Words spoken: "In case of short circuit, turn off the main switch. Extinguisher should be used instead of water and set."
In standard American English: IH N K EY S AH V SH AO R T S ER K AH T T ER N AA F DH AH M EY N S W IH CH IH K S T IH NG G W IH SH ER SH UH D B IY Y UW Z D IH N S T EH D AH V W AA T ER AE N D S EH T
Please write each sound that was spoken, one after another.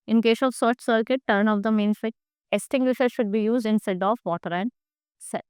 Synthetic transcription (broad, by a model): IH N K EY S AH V S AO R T S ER K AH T T ER N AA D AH M EY N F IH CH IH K S T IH NG G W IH SH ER SH UH D B IY Y UW Z D IH N S T EH D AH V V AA T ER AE N D S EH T